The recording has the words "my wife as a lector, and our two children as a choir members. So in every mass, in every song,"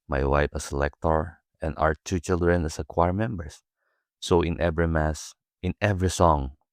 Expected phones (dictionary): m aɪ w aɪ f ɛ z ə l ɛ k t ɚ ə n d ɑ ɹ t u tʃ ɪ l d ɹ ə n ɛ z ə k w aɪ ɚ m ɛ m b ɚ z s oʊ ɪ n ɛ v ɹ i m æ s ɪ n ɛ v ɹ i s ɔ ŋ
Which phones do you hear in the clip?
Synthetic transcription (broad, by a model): m aɪ w aɪ f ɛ s ə l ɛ k t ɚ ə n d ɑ w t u tʃ ɪ l d ɹ ə n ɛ s ə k w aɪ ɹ m ɛ m b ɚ s oʊ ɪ n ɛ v ɹ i m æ s ɪ n ɛ v ɹ i s ɔ ŋ